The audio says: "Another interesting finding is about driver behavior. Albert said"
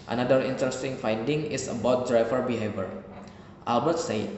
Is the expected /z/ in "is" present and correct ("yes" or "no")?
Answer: no